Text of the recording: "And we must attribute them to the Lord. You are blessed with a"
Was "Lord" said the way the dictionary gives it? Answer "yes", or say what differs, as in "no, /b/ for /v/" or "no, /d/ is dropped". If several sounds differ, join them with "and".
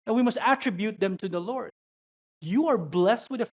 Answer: yes